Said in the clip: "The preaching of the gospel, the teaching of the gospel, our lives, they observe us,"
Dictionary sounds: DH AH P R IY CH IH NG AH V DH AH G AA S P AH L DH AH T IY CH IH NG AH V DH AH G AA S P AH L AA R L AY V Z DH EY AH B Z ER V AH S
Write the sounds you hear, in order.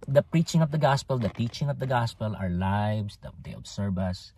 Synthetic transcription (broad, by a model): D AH P R IY CH IH NG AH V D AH G AA S P AH L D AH T IY CH IH NG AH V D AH G AA S P AH L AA R L AY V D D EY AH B S ER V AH S